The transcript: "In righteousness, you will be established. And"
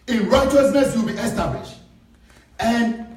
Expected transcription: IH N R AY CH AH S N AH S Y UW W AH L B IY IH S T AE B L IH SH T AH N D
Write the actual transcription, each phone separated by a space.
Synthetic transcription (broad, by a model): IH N R AY CH AH S N AH S W AH L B IY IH S T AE B L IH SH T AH N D